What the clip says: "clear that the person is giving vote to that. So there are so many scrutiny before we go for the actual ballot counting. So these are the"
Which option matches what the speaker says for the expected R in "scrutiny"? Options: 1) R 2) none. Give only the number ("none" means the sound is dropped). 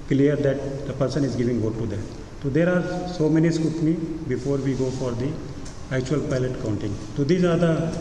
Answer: 2